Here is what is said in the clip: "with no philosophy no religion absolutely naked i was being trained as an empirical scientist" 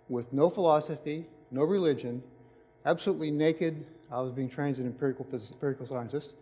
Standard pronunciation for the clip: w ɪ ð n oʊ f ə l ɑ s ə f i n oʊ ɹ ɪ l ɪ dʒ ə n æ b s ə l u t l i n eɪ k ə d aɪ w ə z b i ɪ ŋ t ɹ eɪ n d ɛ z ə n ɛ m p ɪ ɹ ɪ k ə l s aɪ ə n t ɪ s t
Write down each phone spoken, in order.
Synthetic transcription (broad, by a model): w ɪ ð n oʊ f ə l ɑ s ə f i n oʊ ɹ ɪ l ɪ dʒ ə n æ b s ə l u t l i n eɪ k ə d aɪ w ə z b i ɪ ŋ t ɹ eɪ n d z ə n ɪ p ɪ ɹ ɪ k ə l s aɪ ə n t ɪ s t